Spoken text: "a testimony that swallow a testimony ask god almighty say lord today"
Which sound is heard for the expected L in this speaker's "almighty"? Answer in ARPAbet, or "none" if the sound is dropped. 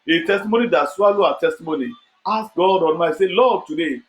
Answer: N